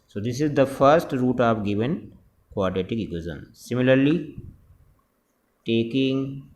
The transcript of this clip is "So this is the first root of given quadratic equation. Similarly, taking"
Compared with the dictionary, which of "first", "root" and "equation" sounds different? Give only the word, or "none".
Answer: equation